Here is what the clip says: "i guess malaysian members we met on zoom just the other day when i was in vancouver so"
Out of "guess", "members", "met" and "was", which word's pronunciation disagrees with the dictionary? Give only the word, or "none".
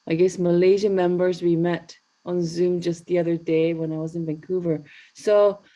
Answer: none